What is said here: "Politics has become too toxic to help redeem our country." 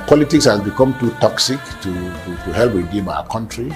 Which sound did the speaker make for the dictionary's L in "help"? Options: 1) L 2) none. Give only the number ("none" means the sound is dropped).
1